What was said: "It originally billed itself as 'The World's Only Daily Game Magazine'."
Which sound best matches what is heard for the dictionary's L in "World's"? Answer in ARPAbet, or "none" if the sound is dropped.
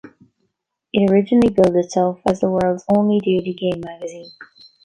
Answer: L